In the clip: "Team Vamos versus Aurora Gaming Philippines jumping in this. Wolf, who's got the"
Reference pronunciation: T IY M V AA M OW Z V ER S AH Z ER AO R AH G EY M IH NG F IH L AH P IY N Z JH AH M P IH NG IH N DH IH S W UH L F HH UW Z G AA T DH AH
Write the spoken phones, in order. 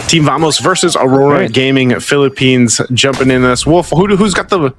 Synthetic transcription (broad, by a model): T IY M V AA M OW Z V ER S AH Z ER AO R AH G EY M IH NG F IH L AH P IY N Z JH AH M P IH NG IH N DH IH S W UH L F HH UW Z G AA T DH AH